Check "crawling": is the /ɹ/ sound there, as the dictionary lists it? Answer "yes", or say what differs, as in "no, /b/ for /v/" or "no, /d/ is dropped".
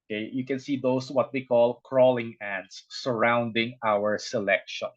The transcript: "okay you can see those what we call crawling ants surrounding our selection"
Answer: yes